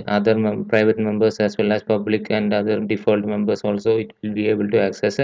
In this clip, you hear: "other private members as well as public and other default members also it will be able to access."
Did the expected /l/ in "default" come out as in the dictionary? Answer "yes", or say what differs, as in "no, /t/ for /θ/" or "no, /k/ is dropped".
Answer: yes